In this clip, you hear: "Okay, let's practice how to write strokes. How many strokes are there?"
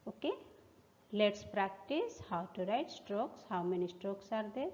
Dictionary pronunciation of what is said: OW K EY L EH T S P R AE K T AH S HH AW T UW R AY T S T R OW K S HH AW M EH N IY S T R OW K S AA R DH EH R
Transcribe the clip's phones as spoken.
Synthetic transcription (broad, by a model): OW K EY L EH T S P R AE K T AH S HH AW T UW R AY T S T R OW K S HH AW M EH N IY S T R OW K S AA R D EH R